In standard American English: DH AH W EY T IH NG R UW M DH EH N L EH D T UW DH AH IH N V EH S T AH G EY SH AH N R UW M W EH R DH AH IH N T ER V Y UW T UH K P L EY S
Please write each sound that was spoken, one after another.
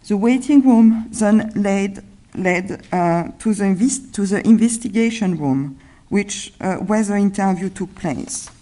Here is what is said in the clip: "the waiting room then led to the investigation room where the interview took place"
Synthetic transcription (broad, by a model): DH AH W EY T IH NG R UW M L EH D L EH D T UW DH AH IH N V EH S T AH G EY SH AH N R UW M W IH W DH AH IH N T ER V Y UW T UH K P L EY S